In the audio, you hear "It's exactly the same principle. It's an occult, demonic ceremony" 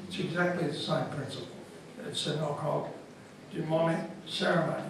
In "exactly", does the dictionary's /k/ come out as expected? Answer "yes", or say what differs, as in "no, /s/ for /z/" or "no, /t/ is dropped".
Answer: yes